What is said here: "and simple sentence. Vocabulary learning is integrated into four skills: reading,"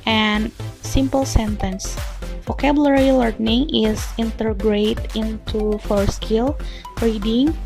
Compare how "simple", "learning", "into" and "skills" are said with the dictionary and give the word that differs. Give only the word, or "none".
skills